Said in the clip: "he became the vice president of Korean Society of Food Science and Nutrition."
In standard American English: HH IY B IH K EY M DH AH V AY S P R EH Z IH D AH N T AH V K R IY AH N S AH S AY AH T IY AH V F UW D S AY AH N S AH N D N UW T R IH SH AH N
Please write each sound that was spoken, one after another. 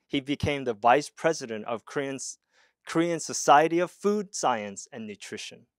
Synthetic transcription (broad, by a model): HH IY B IH K EY M DH AH V AY S P R EH Z IH D AH N T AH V K R IY AH N S AH S AY AH T IY AH V F UW D S AY AH N S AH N N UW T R IH SH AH N